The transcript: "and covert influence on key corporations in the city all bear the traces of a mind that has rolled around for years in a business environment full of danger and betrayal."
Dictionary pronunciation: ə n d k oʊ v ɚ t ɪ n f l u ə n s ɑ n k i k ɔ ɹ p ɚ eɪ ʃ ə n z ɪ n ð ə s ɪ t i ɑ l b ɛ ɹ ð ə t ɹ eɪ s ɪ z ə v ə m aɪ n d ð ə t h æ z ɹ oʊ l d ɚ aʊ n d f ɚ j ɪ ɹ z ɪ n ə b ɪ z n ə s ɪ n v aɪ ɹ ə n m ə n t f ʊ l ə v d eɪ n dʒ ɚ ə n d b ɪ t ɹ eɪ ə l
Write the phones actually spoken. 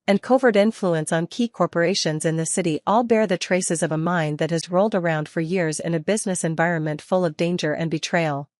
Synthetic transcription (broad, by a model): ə n k oʊ v ɚ t ɪ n f l u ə n s n k i k ɔ ɹ p ɚ eɪ ʃ ə n z ɪ n ð ə s ɪ t i ɑ l b ɛ ɹ ð ə t ɹ eɪ s ɪ z ə v ə m aɪ n ð ə t h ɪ z ɹ oʊ l d ɚ aʊ n d f ɚ j ɪ ɹ z ɪ n ə b ɪ z n ə s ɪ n v aɪ ɹ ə n m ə n t f ʊ l ə v d eɪ n dʒ ɚ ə n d b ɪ t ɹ eɪ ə l